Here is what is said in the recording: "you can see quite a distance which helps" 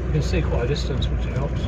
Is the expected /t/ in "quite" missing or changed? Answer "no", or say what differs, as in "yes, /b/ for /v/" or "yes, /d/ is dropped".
yes, /t/ is dropped